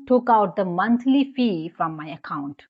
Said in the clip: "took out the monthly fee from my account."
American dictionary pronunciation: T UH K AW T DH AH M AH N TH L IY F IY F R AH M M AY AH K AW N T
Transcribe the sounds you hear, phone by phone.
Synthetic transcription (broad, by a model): T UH K AW T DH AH M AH N T L IY F IY F R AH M M AY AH K AW N T